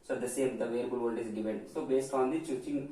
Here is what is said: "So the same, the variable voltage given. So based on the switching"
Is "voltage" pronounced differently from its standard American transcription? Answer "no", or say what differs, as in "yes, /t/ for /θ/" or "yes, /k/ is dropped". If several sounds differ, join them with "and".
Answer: yes, /z/ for /dʒ/